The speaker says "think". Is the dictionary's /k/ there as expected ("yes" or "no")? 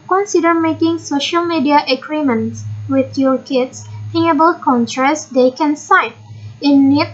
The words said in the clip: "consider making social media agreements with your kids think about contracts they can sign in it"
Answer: no